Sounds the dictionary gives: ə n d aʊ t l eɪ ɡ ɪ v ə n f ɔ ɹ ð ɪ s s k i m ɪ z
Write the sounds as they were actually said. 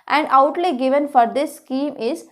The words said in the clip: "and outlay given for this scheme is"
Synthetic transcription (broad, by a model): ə n d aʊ t l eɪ ɡ ɪ v ə n f ɔ ɹ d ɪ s s k i m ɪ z